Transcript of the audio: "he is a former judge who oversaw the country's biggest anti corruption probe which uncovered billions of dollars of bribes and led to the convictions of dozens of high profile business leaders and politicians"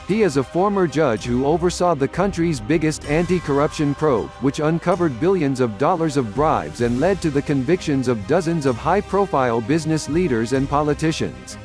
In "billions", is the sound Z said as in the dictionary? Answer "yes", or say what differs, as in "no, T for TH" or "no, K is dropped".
yes